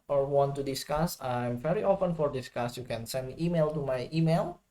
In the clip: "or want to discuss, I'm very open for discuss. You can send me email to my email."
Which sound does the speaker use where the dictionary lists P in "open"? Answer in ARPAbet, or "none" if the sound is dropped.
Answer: F